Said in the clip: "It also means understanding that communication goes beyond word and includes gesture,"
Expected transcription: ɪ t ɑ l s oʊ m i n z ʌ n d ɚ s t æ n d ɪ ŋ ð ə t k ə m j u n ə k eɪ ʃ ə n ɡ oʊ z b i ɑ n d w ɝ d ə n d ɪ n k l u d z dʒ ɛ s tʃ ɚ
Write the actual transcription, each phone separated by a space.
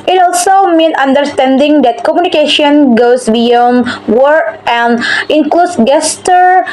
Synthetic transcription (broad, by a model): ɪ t ɑ l s oʊ m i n ʌ n d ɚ s t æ n d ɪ ŋ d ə t k ə m j u n ə k eɪ ʃ ə n ɡ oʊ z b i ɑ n w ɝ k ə n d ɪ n k l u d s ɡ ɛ s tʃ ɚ